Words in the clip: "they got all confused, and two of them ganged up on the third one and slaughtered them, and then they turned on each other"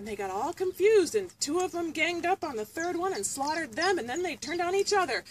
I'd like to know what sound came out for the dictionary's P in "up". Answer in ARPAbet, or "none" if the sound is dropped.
P